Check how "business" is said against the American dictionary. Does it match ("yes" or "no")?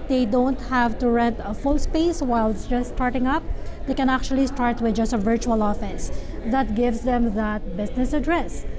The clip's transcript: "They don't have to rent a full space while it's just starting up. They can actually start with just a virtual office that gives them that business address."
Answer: no